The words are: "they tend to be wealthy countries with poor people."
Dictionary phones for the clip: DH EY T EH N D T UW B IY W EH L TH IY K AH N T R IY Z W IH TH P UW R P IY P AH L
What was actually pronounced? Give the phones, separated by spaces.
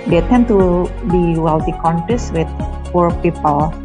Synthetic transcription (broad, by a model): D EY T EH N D T UW B IY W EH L T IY K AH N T IY S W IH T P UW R P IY P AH L